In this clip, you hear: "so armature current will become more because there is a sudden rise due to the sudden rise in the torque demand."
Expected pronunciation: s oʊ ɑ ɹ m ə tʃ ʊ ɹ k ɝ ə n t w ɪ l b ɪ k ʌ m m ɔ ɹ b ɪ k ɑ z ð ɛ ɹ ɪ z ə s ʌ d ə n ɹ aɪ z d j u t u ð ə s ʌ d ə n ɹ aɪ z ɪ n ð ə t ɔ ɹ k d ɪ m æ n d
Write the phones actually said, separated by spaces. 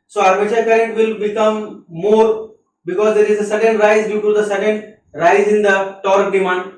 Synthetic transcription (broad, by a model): s oʊ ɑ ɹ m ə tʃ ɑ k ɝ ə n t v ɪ l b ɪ k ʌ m m ɔ ɹ b ɪ k ɑ z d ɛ ɹ ɪ z ə s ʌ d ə n ɹ aɪ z d j u t u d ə s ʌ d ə n ɹ aɪ z ɪ n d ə t ɔ ɹ k d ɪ m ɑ n d